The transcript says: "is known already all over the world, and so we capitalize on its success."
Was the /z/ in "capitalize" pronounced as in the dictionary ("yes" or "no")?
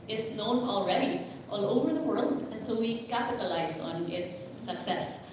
yes